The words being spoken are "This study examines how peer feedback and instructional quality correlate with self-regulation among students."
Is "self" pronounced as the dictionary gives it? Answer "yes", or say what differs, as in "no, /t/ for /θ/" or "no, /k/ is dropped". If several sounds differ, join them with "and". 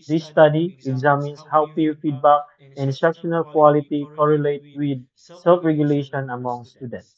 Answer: yes